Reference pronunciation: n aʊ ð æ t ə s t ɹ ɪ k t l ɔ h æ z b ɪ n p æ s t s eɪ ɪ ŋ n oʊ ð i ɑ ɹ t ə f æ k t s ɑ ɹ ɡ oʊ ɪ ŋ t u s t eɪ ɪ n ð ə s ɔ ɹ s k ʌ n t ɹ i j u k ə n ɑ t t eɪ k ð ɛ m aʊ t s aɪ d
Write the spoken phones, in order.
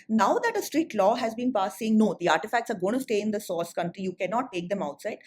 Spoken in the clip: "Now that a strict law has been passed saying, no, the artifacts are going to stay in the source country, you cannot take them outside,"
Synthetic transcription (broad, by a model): n aʊ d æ t ə s t ɹ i t l ɔ h æ z b ɪ n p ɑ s s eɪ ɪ ŋ n oʊ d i ɑ ɹ t ə f æ k t s ɑ ɹ ɡ oʊ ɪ t u s t eɪ ɪ n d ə s ɔ s k ʌ n t ɹ i j u k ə n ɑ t t eɪ k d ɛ m aʊ t s aɪ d